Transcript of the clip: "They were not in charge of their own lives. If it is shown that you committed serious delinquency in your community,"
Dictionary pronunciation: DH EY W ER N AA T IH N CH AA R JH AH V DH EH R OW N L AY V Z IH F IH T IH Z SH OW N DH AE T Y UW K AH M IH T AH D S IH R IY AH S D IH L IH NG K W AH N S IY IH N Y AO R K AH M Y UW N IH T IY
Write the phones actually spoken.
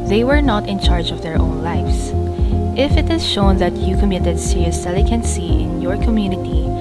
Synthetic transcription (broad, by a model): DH EY W ER N AA T IH N CH AA R JH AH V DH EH R OW N L AY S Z IH F IH T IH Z SH OW N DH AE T Y UW K AH M IH T AH D S IH R IY AH S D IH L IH K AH N S IY IH N Y AO R K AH M Y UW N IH T IY